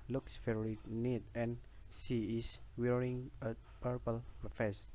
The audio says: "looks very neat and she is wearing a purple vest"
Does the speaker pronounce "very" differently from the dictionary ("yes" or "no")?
yes